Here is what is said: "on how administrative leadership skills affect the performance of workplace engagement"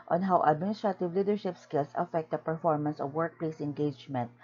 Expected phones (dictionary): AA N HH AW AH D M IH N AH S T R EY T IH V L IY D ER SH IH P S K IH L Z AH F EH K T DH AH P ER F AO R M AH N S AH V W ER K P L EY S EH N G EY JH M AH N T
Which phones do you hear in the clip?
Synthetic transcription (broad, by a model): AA N HH AW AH D M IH N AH S T R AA T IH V L IY D ER SH IH P S K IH L S AH F EH K T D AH P ER F AO R M AH N S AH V W ER K P L EY S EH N G EY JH M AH N T